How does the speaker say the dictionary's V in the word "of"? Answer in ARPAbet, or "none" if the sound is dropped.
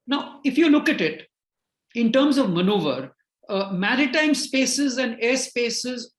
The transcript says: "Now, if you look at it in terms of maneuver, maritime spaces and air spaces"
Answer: V